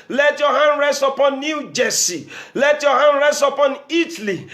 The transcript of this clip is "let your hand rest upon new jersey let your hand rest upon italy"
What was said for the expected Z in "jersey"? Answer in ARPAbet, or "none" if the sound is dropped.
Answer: S